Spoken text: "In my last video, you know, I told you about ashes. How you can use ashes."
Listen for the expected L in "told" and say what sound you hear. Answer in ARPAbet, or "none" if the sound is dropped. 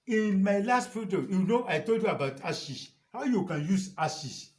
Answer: L